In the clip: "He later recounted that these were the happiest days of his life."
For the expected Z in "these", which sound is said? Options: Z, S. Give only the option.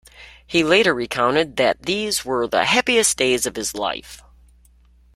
Z